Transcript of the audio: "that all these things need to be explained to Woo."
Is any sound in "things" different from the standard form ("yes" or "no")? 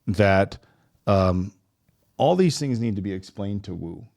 no